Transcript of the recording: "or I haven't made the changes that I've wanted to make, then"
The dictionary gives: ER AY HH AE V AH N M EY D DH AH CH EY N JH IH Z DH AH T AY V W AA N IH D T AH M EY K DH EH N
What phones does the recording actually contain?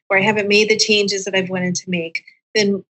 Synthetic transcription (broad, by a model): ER AY HH AE V AH N M EY D DH AH CH EY N JH IH Z DH AH T AY V W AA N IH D T AH M EY K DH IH N